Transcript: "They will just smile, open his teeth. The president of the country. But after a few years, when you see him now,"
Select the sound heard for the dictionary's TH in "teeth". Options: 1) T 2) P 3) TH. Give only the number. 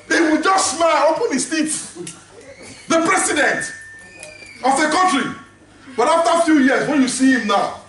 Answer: 1